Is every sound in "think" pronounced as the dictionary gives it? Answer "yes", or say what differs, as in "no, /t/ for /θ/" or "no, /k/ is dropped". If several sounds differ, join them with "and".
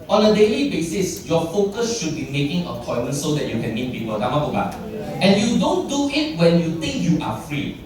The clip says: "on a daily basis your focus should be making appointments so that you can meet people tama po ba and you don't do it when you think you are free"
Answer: no, /t/ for /θ/